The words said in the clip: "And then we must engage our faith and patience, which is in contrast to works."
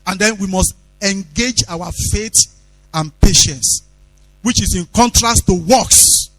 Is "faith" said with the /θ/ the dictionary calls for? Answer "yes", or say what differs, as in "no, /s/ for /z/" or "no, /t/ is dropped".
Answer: no, /t/ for /θ/